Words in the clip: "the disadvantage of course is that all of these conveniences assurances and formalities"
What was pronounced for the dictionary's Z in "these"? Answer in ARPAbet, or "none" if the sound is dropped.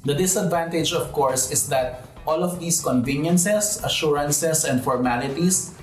S